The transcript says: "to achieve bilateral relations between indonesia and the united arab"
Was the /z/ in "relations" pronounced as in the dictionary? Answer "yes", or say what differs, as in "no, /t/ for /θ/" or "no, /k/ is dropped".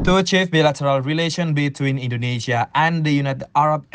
no, /z/ is dropped